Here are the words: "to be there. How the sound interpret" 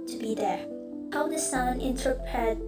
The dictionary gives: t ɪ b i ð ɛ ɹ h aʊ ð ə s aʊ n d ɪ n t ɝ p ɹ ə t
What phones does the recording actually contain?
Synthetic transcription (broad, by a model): t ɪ b i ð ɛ ɹ h aʊ ð ə s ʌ n ɪ n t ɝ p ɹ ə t